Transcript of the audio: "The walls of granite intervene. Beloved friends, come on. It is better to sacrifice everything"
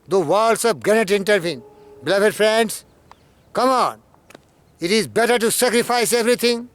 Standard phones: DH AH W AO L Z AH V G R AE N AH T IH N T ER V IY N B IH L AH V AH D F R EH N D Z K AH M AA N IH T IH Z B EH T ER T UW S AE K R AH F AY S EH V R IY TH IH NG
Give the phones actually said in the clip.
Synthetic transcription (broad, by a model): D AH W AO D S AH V G AE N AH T IH N T ER V IY N B IH L AH V AH D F R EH N D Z K AH M AA N IH T IH Z B EH T ER T UW S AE K R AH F AY S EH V R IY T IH NG